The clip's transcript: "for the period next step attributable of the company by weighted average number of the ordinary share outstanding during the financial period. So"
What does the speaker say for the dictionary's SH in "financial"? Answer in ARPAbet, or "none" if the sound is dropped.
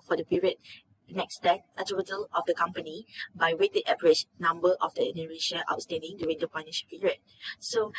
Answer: none